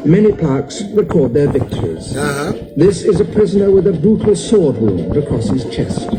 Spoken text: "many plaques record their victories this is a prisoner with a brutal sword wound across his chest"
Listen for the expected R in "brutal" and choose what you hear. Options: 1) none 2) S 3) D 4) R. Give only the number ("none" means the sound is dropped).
1